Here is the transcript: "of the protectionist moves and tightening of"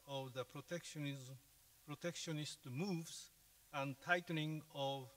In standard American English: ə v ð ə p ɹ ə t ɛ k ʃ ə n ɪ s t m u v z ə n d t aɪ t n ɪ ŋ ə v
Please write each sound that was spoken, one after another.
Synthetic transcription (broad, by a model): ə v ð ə p ɹ ə t ɛ k ʃ ə n ɪ s t m u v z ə n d t aɪ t l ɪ ŋ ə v